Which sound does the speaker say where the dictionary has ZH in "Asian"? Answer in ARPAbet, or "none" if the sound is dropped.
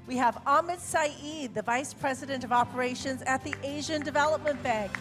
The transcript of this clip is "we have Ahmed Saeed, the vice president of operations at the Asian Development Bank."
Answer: ZH